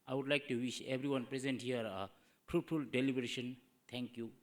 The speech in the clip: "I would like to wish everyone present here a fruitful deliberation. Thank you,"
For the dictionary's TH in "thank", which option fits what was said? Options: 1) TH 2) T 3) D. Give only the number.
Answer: 2